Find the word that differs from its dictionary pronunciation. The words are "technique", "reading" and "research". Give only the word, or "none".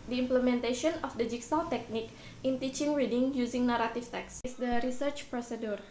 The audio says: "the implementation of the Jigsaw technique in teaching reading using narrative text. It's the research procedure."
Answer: none